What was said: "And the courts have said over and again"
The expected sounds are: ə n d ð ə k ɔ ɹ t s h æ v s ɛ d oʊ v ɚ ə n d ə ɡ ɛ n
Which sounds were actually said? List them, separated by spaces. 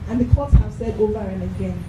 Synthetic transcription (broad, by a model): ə n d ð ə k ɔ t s h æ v s ɛ d oʊ v ɚ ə n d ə ɡ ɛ n